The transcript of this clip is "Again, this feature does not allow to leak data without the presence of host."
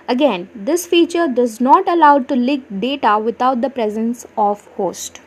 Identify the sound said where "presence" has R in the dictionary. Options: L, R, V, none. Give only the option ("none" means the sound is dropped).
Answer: R